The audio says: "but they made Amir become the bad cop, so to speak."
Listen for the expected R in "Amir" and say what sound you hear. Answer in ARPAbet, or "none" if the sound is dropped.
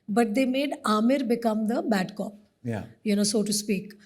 R